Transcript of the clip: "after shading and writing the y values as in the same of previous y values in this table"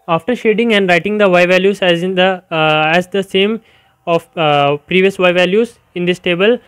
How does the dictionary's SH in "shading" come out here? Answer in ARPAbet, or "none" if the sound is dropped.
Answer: SH